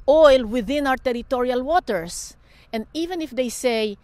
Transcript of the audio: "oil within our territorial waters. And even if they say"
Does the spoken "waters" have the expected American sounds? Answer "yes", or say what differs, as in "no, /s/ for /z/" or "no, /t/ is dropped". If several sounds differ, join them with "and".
no, /s/ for /z/